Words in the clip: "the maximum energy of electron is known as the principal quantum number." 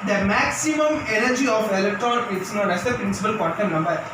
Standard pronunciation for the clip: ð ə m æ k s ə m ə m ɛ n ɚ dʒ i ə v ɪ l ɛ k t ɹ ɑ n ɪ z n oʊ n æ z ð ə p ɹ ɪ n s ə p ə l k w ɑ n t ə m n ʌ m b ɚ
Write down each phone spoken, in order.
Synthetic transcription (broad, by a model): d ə m æ k s ə m ə m ɛ n ɚ dʒ i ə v ɪ l ɛ k t ɹ ɑ n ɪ s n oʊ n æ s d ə p ɹ ɪ n s ə p ə l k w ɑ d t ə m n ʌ m b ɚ